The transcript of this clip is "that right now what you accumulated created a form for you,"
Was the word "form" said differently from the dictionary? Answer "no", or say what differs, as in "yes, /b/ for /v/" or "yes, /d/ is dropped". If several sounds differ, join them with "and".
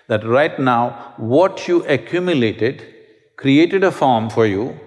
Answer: no